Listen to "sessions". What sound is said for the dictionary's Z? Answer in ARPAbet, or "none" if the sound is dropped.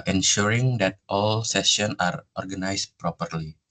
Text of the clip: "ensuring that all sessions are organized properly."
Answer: none